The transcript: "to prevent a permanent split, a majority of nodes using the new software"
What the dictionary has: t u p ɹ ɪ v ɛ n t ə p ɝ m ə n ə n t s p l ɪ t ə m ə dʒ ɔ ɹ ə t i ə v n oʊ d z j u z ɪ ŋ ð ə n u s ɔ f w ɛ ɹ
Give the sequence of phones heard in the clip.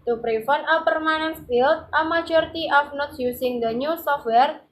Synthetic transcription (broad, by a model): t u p ɹ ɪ f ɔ n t ə p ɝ m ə n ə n s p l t ə m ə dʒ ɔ ɹ t i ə f n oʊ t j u s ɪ ŋ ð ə n u s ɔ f w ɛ ɹ